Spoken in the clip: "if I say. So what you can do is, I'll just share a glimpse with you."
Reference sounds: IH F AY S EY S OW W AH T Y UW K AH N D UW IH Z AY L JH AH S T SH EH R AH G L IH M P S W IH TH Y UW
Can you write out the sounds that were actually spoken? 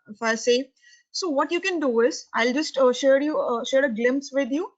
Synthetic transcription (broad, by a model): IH F AY S EY S OW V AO T Y UW K AH N D UW IH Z AY L JH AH S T SH EH R AH G L IH M P S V IH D Y UW